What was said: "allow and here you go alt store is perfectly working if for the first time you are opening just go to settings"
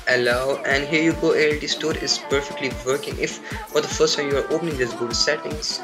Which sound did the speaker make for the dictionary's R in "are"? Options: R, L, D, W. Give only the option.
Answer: R